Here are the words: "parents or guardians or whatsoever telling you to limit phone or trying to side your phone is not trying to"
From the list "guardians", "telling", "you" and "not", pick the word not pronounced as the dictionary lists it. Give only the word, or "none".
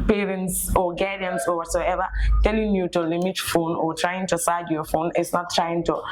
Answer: guardians